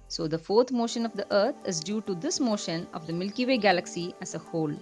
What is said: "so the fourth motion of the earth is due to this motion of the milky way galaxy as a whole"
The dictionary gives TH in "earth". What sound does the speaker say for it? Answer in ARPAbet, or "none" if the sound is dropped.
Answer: T